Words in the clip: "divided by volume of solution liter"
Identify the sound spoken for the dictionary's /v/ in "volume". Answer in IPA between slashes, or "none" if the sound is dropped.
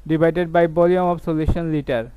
/b/